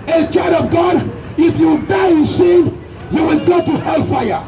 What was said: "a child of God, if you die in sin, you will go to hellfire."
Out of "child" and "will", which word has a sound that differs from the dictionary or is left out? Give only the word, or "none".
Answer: child